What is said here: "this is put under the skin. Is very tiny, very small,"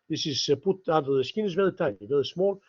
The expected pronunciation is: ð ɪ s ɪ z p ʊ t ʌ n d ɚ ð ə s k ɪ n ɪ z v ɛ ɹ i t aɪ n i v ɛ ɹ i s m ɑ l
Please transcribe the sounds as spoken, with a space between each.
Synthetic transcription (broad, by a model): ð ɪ s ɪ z p ʊ t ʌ d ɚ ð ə s k ɪ n ɪ z v ɛ ɹ i t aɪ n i v ɛ ɹ i s m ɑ l